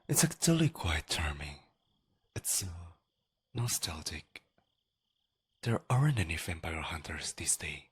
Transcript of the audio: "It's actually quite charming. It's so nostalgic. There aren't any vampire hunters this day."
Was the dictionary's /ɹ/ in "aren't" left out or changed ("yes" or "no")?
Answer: no